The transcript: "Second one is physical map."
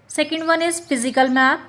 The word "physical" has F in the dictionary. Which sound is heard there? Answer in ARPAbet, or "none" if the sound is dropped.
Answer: P